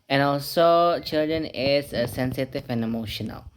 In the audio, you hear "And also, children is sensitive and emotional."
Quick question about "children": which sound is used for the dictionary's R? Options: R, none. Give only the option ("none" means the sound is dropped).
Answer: R